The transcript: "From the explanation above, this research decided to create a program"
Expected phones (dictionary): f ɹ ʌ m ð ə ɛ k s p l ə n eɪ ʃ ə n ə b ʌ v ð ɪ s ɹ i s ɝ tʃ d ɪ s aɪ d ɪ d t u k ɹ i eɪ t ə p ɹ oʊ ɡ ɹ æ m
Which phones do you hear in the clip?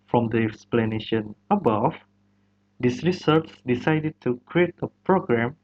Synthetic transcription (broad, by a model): f ɹ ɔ m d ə ɛ k s p l ə n eɪ ʃ ə n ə b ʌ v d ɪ s ɹ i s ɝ s d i s aɪ d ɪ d t u k ɹ i eɪ t ə p ɹ oʊ ɡ ɹ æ m